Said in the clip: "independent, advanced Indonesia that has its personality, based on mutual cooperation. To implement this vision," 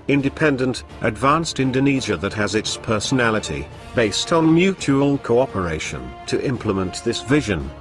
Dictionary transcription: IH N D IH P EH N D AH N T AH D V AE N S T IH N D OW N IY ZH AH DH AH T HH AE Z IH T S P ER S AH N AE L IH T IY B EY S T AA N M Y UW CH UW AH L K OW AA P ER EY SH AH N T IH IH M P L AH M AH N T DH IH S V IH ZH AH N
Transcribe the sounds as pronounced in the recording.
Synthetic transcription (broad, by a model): IH N D IH P EH N D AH N T AH D V AE N S T IH N D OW N IY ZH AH DH AH T HH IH Z IH T S P ER S AH N AE L IH T IY B EY S T N M Y UW CH UW AH L K OW AA P ER EY SH AH N T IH IH M P L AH M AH N DH IH S V IH ZH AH N